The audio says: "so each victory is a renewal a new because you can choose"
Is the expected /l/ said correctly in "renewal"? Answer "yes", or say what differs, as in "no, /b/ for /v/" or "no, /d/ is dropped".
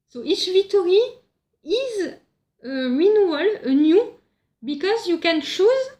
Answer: yes